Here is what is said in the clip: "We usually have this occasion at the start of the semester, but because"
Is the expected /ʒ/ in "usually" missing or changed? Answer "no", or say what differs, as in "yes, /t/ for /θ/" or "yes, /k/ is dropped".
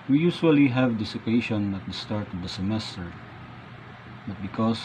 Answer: yes, /s/ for /ʒ/